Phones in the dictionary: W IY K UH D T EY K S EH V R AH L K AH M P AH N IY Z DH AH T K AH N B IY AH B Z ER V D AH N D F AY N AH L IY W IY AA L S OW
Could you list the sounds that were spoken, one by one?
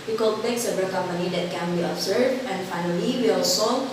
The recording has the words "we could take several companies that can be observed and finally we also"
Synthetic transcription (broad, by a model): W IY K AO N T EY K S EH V AH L K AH M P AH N IY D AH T K AH N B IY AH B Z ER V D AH N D F AY N AH L IY W IY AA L S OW